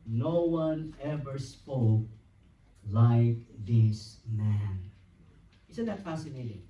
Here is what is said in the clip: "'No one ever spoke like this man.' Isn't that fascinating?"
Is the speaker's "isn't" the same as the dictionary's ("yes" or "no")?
no